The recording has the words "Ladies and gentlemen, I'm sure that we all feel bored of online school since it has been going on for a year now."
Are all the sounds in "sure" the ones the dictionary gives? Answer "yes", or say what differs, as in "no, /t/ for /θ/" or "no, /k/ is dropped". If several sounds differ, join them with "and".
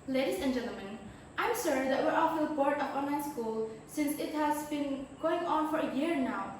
no, /s/ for /ʃ/